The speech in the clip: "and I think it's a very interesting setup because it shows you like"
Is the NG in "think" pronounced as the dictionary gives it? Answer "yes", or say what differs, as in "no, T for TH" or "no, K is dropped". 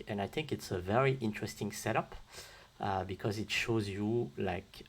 yes